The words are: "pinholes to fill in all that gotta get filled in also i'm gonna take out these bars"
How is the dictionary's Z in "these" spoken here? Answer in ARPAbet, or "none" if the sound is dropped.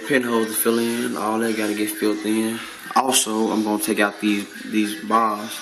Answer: Z